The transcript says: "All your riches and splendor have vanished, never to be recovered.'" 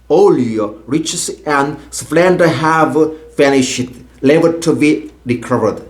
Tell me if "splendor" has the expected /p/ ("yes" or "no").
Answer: no